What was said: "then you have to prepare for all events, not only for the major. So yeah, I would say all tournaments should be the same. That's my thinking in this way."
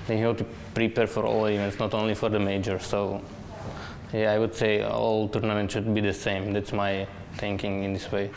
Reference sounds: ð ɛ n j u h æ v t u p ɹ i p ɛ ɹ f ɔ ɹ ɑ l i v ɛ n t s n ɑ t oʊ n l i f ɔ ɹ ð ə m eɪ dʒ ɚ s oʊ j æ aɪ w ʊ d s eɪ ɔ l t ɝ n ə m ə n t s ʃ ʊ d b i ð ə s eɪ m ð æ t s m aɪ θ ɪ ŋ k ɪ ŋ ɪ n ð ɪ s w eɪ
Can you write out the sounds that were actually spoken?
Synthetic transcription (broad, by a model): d ɛ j h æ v t u p ɹ i p ɛ ɹ f ɔ ɹ ɑ l i v ɛ n t s n ɑ t oʊ n l i f ɔ ɹ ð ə m eɪ dʒ ɚ s oʊ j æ aɪ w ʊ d s eɪ ɔ l t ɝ n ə m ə n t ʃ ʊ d b i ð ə s eɪ m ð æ t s m aɪ t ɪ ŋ k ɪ ŋ ɪ n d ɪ s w eɪ